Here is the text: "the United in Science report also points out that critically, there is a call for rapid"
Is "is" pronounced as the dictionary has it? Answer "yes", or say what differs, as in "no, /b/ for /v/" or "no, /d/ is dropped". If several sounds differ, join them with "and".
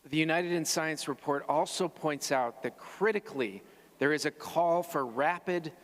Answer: yes